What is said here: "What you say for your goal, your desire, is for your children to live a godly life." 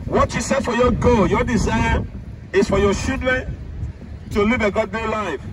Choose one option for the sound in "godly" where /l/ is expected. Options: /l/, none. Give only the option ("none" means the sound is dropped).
none